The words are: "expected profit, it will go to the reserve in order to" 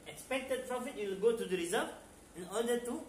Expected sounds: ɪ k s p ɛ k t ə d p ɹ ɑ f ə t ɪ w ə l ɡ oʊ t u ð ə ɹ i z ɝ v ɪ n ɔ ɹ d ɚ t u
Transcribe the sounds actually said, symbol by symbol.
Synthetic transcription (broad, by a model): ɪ k s p ɛ k t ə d p ɹ ɑ f ə t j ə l ɡ oʊ t u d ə ɹ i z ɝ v ɪ n ɔ d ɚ t u